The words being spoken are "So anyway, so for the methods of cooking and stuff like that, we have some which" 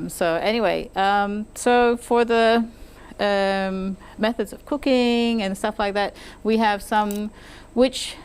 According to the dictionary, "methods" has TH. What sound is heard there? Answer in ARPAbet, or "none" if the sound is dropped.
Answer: TH